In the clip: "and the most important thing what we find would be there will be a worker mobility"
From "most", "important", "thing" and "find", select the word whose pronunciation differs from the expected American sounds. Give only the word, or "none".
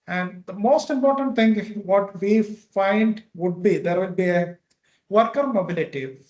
thing